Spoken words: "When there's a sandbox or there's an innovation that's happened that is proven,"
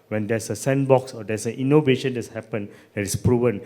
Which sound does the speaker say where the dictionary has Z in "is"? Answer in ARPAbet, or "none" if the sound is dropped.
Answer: S